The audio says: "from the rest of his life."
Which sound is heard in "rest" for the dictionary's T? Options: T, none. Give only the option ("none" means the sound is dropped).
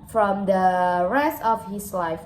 T